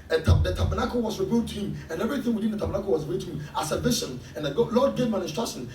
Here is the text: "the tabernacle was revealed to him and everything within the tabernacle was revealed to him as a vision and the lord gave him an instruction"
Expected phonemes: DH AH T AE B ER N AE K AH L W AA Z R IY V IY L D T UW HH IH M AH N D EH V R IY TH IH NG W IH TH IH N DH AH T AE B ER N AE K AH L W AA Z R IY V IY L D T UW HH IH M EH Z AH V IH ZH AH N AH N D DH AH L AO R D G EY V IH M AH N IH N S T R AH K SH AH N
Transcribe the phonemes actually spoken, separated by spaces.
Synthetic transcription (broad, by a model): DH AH T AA B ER N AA K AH W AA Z R IY V IY L D T UW HH IH M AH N EH V R IY TH IH NG W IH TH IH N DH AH T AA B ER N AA K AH W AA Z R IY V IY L T UW HH IH M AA S AH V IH SH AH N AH N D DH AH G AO L D G EY V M AH N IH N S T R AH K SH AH N